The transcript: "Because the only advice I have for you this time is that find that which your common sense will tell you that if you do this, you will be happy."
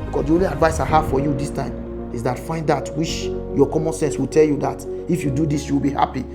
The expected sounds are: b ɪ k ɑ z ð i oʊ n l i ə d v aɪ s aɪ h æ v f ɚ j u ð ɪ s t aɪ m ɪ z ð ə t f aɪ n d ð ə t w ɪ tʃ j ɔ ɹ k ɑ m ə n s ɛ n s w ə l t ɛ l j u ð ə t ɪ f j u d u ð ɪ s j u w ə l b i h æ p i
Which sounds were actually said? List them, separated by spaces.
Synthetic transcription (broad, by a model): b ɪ k ɑ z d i oʊ n l i ə d v aɪ s aɪ h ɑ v f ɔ j u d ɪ s t aɪ m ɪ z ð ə t f aɪ n d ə t w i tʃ j ɔ k ɑ m ə n s ɛ n s w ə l t ɛ l j u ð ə t ɪ f j u d u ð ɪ s j u w ə l b i h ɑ p i